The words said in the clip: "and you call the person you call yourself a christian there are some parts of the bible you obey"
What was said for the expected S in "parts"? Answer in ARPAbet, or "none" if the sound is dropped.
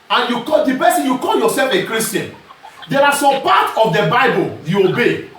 none